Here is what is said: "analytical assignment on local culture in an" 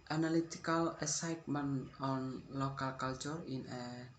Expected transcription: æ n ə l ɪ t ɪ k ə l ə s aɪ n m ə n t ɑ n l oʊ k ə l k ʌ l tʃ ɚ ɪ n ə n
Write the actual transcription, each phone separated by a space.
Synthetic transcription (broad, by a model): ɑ n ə l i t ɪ k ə l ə s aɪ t m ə n ɑ n l oʊ k ə l k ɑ l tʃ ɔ ɪ n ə